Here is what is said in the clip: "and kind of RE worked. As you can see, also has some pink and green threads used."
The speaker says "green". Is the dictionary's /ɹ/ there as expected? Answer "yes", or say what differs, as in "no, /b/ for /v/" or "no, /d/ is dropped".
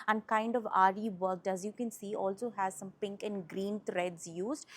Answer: yes